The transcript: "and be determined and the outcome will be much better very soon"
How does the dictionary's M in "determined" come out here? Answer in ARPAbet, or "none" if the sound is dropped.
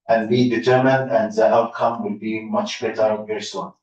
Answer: M